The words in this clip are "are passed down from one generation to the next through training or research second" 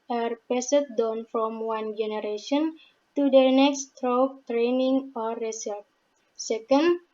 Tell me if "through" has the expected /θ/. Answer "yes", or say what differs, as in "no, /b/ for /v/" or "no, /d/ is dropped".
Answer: no, /t/ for /θ/